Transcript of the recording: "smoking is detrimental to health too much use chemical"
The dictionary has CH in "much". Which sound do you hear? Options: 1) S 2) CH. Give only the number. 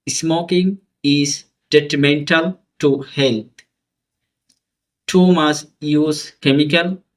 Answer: 1